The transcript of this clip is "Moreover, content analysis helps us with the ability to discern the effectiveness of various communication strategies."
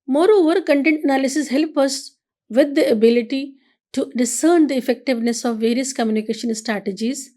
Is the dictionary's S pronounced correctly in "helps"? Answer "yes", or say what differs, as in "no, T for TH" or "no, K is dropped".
no, S is dropped